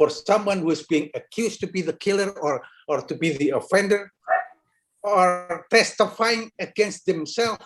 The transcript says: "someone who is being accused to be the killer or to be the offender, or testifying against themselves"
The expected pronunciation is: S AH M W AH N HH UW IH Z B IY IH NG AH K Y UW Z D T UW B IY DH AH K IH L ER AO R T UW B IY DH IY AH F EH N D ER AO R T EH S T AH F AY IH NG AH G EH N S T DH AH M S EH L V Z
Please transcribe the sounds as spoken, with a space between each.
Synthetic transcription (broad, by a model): S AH M W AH N HH UW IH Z B IY IH NG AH K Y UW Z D T UW B IY DH AH K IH L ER AO R T UW B IY DH IY AH F EH N D ER AO R T EH S T AH F AY IH NG AH G EH N S T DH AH M S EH L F